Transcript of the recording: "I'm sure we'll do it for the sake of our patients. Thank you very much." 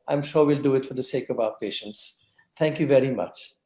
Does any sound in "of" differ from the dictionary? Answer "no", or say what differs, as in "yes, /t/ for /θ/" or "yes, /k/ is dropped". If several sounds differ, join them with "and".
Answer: no